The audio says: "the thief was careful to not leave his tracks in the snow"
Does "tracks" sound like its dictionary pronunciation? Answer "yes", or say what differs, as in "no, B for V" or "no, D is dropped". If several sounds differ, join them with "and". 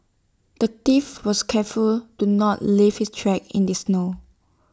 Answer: no, S is dropped